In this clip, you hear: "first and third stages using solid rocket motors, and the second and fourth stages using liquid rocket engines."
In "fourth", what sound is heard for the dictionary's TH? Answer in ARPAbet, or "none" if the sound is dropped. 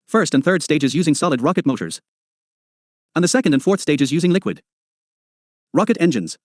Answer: TH